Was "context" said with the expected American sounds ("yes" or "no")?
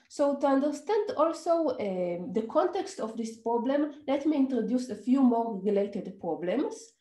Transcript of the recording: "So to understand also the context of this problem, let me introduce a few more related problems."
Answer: yes